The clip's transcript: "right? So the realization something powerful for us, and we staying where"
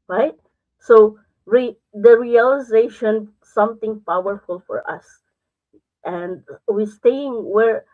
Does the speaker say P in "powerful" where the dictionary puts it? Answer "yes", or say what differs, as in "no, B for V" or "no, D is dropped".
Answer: yes